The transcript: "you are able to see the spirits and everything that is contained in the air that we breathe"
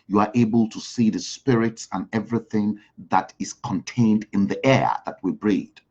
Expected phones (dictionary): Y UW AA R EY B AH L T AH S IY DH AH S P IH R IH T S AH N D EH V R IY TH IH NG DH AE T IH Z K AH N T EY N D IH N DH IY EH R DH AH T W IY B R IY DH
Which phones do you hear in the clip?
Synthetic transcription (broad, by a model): Y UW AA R EY B AH L T AH S IY DH AH S P IH R IH T S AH N EH V R IY TH IH NG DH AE T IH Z K AH N T EY N D IH N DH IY EH R DH AH T W IY B R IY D